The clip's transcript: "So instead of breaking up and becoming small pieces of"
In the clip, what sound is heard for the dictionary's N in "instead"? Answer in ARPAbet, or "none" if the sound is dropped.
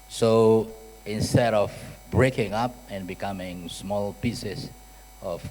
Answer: N